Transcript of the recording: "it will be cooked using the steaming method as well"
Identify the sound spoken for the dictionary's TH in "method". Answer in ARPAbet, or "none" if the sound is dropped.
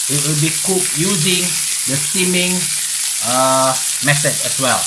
S